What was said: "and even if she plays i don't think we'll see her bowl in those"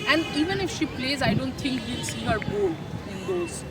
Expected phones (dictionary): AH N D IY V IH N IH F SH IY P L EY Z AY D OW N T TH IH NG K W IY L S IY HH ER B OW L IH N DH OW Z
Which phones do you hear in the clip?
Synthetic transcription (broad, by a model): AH N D IY V IH N IH F SH IY P L EY Z AY D OW N T T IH NG K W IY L S IY HH ER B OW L IH N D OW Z